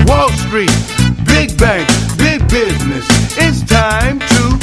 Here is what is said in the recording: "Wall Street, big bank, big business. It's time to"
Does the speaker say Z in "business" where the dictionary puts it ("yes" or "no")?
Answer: yes